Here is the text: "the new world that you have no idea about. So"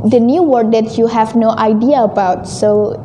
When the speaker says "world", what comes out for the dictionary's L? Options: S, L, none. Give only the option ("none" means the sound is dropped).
none